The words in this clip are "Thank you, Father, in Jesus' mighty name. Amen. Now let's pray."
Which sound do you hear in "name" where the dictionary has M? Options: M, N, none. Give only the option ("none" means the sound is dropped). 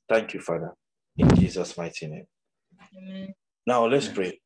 none